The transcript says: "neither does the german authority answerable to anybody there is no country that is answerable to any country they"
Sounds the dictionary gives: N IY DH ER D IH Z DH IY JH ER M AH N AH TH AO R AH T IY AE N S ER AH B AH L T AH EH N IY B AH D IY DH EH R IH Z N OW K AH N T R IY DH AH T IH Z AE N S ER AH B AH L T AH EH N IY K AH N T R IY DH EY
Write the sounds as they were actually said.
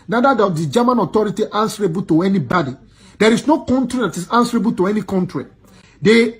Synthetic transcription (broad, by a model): N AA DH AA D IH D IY JH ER M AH N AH T AO R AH T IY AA N S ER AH B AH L T AH EH N IY B AH D IY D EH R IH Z N OW K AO N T R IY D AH T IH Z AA N S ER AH B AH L T AH EH N IY K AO N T R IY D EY